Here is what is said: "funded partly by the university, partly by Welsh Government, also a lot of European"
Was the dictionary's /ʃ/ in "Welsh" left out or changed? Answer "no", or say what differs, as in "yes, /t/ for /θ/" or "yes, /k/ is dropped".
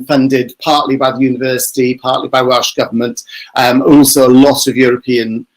no